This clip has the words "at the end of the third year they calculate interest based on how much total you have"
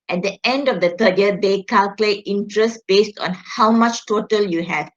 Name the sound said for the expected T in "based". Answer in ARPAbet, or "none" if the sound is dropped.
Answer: T